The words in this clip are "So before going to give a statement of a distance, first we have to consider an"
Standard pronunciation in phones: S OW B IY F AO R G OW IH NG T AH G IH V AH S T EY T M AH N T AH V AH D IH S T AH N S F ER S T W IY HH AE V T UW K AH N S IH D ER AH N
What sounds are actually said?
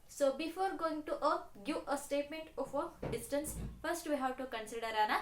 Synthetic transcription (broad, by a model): S OW B IY F AO R G OW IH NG T AH G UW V AH S T EY T M AH N T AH F AH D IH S T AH N S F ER S T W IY HH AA W T UW K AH N S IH D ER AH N